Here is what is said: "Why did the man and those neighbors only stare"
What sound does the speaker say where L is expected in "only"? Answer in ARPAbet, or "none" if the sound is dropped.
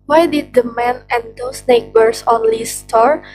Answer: L